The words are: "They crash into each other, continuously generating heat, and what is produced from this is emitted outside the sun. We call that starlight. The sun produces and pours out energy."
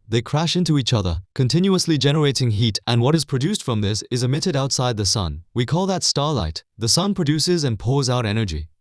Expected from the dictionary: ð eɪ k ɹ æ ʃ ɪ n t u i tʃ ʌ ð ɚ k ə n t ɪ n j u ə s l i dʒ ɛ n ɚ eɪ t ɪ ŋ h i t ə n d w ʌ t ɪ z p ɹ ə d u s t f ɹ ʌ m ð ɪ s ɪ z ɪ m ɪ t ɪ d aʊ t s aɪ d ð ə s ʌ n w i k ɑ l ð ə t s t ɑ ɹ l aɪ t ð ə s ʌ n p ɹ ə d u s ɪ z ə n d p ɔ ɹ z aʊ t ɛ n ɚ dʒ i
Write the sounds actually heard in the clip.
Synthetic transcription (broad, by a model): ð eɪ k ɹ æ ʃ ɪ n t u i tʃ ʌ ð ɚ k ə n t ɪ n j u ə s l i dʒ ɛ n ɚ eɪ t ɪ ŋ h i t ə n w ʌ t ɪ z p ɹ ə d u s t f ɹ ʌ m ð ɪ s ɪ z ɪ m ɪ t ɪ d aʊ t s aɪ d ð ə s ʌ n w i k ɑ l ð ə t s t ɑ ɹ l aɪ t ð ə s ʌ n p ɹ ə d u s ɪ z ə n p ɔ ɹ z aʊ t ɛ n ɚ dʒ i